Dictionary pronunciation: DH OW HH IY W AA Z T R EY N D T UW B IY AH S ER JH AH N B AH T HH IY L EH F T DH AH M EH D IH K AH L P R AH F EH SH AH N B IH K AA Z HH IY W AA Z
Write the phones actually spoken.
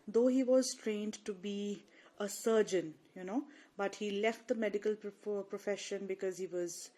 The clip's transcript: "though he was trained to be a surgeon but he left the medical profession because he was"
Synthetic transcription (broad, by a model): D OW HH IY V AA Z T R EY N D T UW B IY AH S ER JH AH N B AH T HH IY L EH F T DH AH M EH D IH K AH L P R AH F EH SH AH N B IH K AA Z HH IY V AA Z